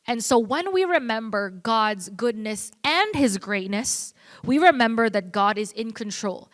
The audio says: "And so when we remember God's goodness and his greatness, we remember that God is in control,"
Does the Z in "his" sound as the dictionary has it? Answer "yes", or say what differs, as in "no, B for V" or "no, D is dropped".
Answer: yes